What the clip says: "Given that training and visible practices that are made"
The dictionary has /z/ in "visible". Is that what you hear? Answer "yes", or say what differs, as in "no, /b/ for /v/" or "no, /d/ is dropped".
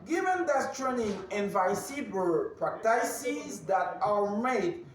no, /s/ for /z/